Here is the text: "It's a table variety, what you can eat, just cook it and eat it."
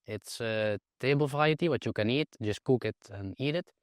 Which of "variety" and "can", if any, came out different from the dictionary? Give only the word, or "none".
variety